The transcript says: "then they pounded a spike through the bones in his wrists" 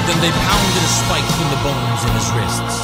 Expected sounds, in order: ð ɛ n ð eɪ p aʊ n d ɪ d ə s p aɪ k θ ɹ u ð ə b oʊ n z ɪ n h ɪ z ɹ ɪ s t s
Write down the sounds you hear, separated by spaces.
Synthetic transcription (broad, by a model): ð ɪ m ð eɪ p aʊ n d ɪ d ə s p aɪ k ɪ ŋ ð ə b oʊ n z ɪ n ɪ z ɹ ɪ s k s